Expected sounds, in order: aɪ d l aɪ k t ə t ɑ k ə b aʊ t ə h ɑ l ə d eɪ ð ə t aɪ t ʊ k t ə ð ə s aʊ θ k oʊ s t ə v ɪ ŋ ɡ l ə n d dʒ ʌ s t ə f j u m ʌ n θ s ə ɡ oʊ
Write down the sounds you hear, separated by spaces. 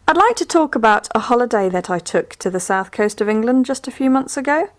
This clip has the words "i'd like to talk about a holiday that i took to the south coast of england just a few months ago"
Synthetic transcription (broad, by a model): aɪ d l aɪ k t ə t ɑ k ə b aʊ t ə h ɑ l ə d eɪ ð ə t aɪ t ʊ k t ə ð ə s aʊ θ k oʊ s t ə v ɪ ŋ ɡ l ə n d dʒ ʌ s t ə f j u m ʌ n θ s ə ɡ oʊ